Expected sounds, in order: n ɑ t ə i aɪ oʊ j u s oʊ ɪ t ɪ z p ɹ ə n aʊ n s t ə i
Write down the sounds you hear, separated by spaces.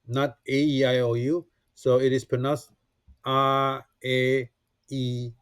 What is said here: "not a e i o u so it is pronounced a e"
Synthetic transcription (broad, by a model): n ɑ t ə i aɪ oʊ j u s oʊ ɪ t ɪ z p ə n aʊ s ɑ ə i